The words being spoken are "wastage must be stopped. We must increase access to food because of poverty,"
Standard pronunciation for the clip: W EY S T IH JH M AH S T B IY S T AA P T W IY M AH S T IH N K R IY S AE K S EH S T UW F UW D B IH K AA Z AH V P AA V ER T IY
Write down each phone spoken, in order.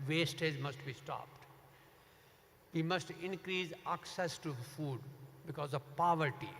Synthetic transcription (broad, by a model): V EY S T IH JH M AH S T B IY S T AA P T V IY M AH S T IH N K R IY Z AE K S EH S T UW F UW D B IH K AA Z AH V P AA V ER T IY